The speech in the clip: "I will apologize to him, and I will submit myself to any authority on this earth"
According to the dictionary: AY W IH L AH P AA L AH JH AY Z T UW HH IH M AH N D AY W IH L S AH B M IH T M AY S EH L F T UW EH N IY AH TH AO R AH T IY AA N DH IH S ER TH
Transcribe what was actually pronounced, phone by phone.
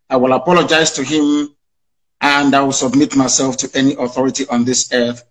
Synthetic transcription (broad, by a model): AY W IH L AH P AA L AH JH AY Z T UW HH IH M AH N D AY W IH L S AH B M IH T M AY S EH L F T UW EH N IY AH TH AO R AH T IY AA N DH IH S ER TH